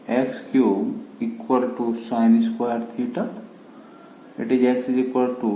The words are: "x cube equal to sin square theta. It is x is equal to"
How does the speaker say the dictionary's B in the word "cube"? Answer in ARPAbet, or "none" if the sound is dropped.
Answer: none